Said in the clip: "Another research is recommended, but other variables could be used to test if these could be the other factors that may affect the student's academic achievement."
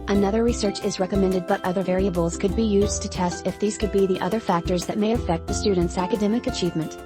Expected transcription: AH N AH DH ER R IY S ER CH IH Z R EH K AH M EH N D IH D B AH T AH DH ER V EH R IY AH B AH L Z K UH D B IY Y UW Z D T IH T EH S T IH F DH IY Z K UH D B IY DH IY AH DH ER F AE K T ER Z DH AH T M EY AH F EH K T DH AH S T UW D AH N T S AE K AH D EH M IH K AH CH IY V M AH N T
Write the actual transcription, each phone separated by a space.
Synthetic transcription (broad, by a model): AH N AH DH ER R IY S ER CH IH Z R EH K AH M EH N D IH D B AH T AH DH ER V EH R IY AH B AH L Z K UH D B IY Y UW Z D T IH T EH S T IH F DH IY Z K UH D B IY DH IY AH DH ER F AE K T ER Z DH AH T M EY AH F EH K T DH AH S T UW D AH N T S AE K AH D EH M IH K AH CH IY V M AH N T